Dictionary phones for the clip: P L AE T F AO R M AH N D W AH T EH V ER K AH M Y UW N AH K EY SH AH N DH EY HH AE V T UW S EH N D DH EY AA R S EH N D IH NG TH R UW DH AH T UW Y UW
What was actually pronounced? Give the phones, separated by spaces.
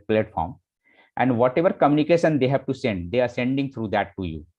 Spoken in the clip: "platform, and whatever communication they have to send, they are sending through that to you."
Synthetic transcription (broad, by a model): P L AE T F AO R M AH N D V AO T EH V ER K AH M Y UW N AH K EY SH AH N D EY HH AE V T UW S EH N D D EY AA R S EH N D IH NG T R UW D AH T UW Y UW